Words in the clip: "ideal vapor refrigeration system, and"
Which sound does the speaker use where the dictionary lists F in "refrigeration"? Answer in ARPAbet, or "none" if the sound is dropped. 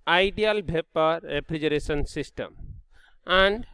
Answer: P